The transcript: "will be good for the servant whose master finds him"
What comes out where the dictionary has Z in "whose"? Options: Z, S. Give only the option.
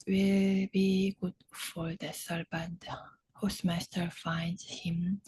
S